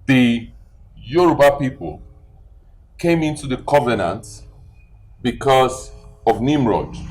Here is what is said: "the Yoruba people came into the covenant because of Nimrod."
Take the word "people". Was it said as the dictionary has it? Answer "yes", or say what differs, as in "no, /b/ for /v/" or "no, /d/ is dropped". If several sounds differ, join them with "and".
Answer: yes